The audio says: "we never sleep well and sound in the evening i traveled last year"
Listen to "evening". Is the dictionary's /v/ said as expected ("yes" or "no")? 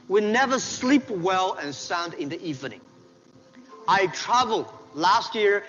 yes